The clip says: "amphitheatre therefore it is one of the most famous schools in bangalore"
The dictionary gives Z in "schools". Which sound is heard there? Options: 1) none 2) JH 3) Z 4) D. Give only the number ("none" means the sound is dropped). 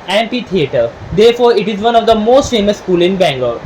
1